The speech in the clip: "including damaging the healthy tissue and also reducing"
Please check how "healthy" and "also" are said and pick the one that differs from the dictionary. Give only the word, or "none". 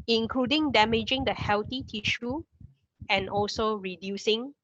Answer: healthy